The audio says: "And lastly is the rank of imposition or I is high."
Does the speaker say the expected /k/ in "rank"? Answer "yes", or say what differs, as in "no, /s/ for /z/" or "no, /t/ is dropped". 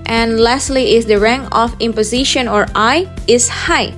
no, /k/ is dropped